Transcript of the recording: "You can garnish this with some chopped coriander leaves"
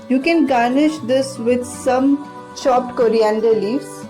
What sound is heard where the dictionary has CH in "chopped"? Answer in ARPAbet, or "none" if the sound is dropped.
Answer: SH